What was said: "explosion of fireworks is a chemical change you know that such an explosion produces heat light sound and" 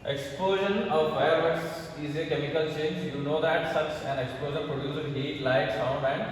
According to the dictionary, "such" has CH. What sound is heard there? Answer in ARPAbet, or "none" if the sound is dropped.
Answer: S